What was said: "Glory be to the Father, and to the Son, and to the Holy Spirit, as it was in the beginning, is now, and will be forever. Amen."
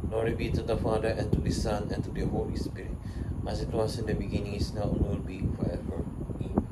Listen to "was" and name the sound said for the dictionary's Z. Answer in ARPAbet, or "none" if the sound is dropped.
S